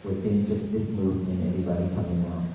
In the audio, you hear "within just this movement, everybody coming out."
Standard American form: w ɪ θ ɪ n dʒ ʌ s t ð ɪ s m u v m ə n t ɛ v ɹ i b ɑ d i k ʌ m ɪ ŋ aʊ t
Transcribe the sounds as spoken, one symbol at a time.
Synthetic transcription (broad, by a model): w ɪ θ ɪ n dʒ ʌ s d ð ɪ s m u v ə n ɛ v ɹ i b ɑ d i k ʌ m ɪ ŋ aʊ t